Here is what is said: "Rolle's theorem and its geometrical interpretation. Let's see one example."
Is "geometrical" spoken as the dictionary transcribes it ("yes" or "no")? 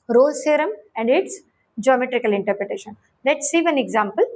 yes